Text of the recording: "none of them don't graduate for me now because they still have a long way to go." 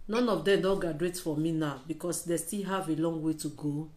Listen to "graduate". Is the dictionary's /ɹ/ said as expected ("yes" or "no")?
no